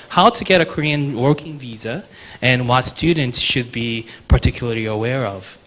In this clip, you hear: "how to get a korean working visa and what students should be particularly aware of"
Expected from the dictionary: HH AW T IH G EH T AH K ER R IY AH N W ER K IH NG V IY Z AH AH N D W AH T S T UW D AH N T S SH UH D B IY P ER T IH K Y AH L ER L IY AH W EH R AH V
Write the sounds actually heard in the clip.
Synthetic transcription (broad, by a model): HH AW T IH G EH T AH K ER R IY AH N W ER K IH NG V IY Z AH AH N W AH T S T UW D N T S SH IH D B IY P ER T IH K Y L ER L IY AH W EH R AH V